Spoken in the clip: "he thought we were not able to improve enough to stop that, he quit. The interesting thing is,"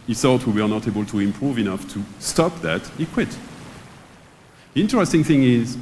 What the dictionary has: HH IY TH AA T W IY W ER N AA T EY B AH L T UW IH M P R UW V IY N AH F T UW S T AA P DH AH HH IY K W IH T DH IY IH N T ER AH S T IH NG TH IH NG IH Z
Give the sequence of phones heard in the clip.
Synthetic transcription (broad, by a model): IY S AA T W IY W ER N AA T EY B AH L T UW IH M P R UW V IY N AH F T UW S T AA P DH AH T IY K W IH T DH IY IH N T ER AH S T IH NG TH IH NG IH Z